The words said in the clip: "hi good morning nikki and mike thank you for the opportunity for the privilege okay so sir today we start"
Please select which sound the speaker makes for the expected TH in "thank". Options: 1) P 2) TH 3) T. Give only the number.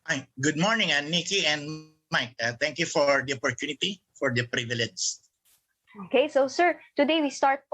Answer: 3